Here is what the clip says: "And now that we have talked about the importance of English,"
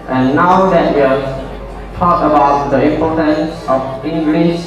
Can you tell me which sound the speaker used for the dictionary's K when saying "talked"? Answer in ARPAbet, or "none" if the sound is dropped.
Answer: none